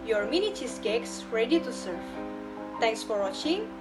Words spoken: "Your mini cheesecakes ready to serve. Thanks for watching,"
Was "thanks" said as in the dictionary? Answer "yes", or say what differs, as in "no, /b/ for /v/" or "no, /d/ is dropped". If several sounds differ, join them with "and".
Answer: no, /t/ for /θ/